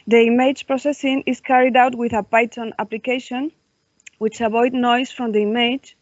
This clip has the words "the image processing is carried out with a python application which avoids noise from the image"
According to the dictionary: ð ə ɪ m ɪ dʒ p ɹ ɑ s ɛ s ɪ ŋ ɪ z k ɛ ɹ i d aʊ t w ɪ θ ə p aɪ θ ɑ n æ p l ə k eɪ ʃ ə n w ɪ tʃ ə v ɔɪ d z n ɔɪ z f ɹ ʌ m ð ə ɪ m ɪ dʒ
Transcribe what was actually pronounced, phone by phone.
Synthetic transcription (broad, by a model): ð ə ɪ m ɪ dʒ p ɹ ɑ s ɛ s ɪ ŋ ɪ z k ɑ ɹ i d aʊ t w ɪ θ ə p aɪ t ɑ n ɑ p l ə k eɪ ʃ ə n w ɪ tʃ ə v ɔɪ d n ɔɪ s f ɹ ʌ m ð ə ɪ m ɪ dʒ